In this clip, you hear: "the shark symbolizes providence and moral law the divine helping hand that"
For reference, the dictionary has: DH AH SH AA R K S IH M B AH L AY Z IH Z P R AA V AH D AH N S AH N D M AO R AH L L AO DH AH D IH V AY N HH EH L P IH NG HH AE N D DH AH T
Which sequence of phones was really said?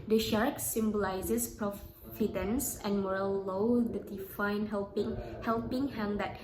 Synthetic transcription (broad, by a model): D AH SH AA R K S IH M B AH L AY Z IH S P R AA F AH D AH N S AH N M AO R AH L L AO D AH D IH F AY N HH EH L P IH NG HH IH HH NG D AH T